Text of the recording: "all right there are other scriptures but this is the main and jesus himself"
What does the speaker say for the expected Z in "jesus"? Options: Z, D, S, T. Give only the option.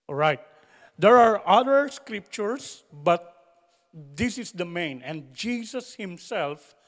S